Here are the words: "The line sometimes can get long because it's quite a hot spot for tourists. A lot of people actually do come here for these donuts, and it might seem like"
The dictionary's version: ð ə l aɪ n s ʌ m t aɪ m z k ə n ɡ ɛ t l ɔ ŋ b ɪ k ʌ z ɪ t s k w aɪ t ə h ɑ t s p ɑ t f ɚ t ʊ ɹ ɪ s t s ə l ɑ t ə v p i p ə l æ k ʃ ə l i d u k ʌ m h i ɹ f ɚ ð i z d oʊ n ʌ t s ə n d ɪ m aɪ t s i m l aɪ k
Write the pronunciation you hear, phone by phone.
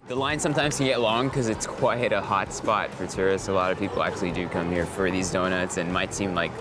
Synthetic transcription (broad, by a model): ð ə l aɪ n s ʌ m t aɪ m z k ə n ɡ ɛ t l ɔ ŋ k ʌ z ɪ t s k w aɪ t ə h ɑ t s p ɑ t f ɚ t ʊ ɹ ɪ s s ə l ɑ t ə v p i p l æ k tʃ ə l i d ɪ k ʌ m h i ɹ f ɚ ð i z d oʊ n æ t s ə n m aɪ t s i m l aɪ k